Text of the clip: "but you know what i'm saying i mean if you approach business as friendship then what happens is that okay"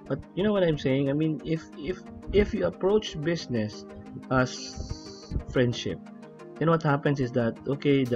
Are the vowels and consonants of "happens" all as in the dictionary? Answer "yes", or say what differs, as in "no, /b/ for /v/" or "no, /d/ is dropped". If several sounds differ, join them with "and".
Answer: no, /s/ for /z/